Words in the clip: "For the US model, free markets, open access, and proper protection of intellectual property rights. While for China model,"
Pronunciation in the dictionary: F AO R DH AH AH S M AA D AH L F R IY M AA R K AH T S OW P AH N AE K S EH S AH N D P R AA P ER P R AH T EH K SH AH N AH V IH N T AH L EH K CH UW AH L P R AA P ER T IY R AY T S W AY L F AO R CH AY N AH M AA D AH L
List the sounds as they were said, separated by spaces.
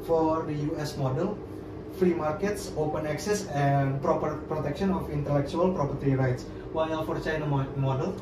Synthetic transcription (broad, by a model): F AO R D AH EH S M AA D AH L F R IY M AA R K AH T S OW P AH N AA K S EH S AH N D P R AA P ER P R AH T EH K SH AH N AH F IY N T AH L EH K CH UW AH L P R AA P ER T IY R AY T S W AY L F AO R CH AY N AH M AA D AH L